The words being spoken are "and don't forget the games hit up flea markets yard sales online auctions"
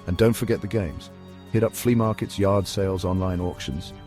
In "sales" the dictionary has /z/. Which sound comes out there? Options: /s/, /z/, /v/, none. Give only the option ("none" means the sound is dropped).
/z/